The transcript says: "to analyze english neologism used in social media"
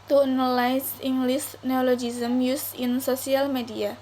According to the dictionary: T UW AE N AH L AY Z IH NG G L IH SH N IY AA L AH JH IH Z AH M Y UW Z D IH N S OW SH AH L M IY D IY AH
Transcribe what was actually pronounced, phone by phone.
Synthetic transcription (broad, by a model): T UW N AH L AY S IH NG G L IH S N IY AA L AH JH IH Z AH M Y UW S IH N S OW S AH L M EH D IY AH